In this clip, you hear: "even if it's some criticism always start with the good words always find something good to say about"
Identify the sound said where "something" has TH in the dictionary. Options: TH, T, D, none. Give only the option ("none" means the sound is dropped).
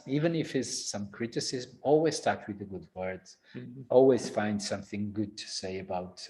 TH